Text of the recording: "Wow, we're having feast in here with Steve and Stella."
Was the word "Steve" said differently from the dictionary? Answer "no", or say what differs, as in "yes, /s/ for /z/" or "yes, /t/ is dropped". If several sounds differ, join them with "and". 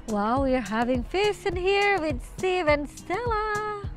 no